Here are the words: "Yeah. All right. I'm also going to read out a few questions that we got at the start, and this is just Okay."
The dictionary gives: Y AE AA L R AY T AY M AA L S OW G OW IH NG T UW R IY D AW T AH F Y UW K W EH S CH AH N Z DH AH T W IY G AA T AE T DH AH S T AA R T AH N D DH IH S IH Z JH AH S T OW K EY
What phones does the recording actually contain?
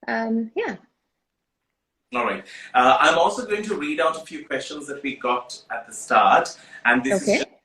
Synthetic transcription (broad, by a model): Y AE AA L R AY T AY M AA L S OW G OW IH NG T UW R IY D AW T AH F Y UW K W EH S CH AH N Z DH AH T W IY G AA T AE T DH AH S T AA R T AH N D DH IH IH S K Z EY